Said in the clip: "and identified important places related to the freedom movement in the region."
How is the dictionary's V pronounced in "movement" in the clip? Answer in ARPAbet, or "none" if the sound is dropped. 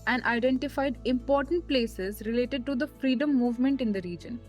V